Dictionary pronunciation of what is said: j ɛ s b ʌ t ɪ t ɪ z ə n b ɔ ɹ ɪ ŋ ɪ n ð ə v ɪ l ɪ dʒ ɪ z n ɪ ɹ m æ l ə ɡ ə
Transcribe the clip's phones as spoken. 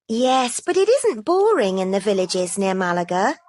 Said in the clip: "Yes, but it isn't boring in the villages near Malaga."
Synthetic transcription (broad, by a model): j ɛ s b ʌ t ɪ t ɪ z ə n b ɔ ɹ ɪ ŋ ɪ n ð ə v ɪ l ɪ dʒ ɪ z n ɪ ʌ m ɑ l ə ɡ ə